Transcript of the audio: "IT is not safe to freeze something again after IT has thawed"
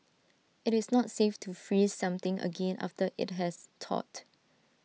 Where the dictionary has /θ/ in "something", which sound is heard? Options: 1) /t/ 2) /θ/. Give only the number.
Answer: 1